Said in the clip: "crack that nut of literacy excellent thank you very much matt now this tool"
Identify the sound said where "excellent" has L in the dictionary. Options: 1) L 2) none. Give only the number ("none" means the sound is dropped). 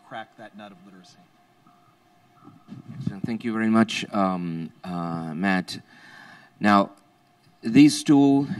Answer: 2